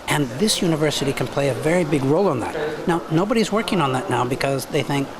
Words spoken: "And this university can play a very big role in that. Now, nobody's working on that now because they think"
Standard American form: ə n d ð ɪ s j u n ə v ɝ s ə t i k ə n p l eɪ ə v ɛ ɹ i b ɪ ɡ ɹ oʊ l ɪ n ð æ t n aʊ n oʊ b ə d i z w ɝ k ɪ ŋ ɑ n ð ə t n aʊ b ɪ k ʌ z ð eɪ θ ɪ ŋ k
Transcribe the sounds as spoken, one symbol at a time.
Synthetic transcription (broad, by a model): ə n ð ɪ s j u n ə v ɝ s ə t i k ə n p l eɪ ə v ɛ ɹ i b ɪ ɡ ɹ oʊ l ɪ n ð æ t n aʊ n oʊ b ə d i z w ɝ k ɪ ŋ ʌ n ð ə t n aʊ b ɪ k ʌ z ð eɪ θ ɪ ŋ k